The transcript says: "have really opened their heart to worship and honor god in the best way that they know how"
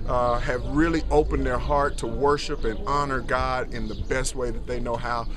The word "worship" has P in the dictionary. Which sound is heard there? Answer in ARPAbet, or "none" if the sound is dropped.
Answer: P